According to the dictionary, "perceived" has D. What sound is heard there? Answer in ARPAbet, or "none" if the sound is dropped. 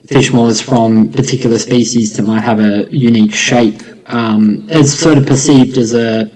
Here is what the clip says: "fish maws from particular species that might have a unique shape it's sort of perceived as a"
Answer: D